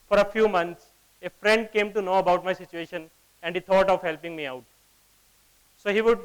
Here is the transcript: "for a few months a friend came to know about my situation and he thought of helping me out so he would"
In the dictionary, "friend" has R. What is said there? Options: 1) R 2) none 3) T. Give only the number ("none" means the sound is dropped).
1